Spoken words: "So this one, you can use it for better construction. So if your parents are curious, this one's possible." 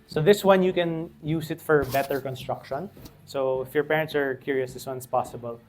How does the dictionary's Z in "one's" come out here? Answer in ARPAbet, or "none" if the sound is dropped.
S